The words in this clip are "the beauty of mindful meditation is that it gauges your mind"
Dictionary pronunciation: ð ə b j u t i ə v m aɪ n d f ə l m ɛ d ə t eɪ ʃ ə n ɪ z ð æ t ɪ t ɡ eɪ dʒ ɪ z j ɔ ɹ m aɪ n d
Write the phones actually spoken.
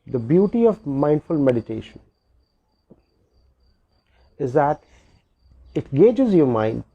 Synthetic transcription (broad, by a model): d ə b j u t i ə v m aɪ n d f ə l m ɛ d ə t eɪ ʃ ə n ɪ z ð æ t ɪ t ɡ eɪ dʒ ɪ z j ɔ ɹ m aɪ n d